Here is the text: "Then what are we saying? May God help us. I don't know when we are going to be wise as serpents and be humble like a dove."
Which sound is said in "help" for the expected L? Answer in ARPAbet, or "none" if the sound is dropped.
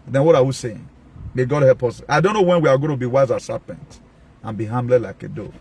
L